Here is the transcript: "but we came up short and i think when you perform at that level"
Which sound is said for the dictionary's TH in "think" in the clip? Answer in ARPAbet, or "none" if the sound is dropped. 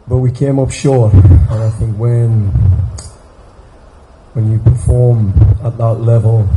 TH